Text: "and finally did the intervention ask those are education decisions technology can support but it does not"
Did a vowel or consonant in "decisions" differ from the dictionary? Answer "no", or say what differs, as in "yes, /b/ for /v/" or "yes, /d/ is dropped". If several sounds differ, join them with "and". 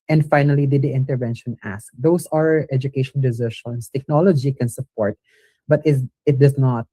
yes, /ʃ/ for /ʒ/ and /s/ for /z/